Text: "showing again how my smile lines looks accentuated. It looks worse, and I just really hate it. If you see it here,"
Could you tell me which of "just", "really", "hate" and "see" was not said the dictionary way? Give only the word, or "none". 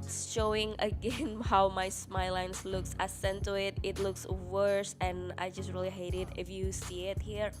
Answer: none